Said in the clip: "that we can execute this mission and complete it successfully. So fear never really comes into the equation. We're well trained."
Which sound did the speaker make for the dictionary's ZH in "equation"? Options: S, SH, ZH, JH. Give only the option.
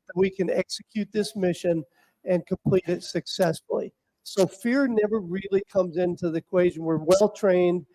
ZH